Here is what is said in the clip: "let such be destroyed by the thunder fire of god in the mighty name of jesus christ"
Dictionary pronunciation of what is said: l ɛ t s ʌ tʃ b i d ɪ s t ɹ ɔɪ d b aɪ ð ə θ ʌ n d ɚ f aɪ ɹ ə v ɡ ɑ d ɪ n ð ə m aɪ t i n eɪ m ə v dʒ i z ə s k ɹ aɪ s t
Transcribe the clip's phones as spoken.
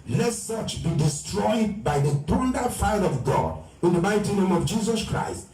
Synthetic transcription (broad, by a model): l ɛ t s ʌ tʃ b i d ɪ s t ɹ ɔɪ d b aɪ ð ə t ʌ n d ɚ f aɪ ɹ ə v ɡ ɑ d ɪ n ð ə m aɪ t i n eɪ m ə v dʒ i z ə s k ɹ aɪ s t